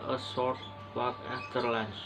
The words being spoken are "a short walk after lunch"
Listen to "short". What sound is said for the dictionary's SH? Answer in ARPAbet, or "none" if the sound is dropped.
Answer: S